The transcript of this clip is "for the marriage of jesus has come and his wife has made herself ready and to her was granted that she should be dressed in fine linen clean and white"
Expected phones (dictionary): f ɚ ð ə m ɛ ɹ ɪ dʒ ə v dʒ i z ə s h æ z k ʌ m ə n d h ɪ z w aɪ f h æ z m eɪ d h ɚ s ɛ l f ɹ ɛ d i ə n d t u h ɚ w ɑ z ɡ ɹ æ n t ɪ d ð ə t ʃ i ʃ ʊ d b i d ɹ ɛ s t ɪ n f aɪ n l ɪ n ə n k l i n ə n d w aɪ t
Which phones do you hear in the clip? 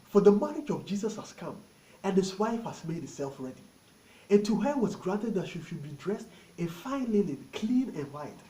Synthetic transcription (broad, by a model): f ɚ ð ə m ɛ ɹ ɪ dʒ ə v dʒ i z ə s h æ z k ʌ m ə n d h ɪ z w aɪ f h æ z m eɪ d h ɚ s ɛ l f ɹ ɛ d i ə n t u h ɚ w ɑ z ɡ ɹ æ n t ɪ d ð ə t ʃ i ʃ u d b i d ɹ ɛ s t ɪ n f aɪ n l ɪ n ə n k l i n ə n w aɪ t